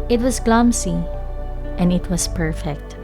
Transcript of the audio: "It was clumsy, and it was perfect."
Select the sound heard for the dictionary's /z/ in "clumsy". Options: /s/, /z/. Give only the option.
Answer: /s/